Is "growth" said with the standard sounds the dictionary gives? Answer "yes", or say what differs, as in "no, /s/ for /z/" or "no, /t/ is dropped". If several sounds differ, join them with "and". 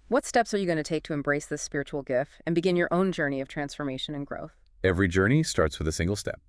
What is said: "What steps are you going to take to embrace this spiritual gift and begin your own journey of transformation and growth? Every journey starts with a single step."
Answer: yes